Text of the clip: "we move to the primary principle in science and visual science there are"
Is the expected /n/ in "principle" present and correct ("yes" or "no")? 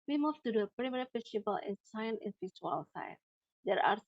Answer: no